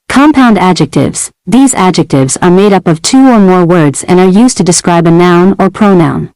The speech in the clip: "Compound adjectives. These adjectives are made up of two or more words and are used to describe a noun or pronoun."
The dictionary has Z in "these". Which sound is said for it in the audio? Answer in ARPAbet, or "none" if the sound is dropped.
Z